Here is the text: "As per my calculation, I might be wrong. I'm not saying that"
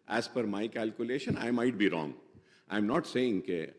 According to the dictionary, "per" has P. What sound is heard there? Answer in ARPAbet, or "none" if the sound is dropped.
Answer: F